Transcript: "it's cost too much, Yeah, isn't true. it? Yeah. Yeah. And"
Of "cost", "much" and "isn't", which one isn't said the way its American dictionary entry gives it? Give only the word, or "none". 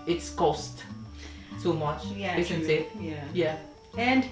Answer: isn't